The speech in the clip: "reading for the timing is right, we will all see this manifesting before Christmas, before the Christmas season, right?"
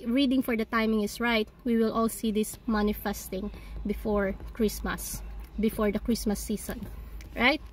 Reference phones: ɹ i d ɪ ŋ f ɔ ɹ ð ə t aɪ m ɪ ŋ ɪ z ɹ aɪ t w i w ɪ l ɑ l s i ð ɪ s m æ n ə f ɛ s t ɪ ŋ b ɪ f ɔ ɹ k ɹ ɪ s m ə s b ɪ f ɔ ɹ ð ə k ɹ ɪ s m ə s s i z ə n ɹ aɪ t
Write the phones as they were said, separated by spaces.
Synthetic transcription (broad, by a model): ɹ i d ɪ ŋ f ɔ ɹ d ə t aɪ m ɪ ŋ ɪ s ɹ aɪ t w i w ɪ l ɑ l s i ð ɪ s m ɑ n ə f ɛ s t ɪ ŋ b ɪ f ɔ ɹ k ɹ ɪ s m ə s b ɪ f ɔ ɹ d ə k ɹ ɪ s m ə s s i s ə n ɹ aɪ t